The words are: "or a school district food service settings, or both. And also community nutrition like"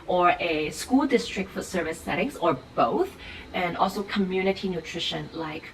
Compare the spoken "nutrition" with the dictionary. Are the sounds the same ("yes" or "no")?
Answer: yes